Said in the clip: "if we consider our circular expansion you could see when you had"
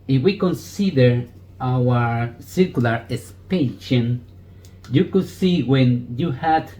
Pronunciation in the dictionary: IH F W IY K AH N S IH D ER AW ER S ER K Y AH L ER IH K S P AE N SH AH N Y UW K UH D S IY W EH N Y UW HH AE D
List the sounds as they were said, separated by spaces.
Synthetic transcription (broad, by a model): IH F W IY K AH N S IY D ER AW ER S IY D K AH L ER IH S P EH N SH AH N Y UW K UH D S IY W EH N Y UW HH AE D